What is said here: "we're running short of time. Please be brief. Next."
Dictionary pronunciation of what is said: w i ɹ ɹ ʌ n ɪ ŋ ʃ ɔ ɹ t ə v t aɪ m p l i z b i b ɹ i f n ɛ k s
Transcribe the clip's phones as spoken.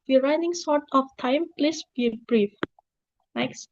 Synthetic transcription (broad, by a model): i ɹ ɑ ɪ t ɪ ŋ s ɔ ɹ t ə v t aɪ m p l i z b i b ɹ i f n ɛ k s